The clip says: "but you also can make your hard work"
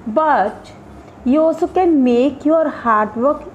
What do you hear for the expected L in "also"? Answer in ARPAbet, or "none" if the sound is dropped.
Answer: none